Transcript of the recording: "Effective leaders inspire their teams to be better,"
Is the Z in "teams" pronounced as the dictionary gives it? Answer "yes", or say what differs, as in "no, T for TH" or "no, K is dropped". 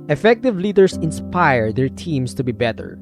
no, S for Z